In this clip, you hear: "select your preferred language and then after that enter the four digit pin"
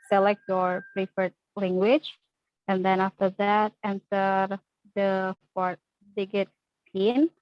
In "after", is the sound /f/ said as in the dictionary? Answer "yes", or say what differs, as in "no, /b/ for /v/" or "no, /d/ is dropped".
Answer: yes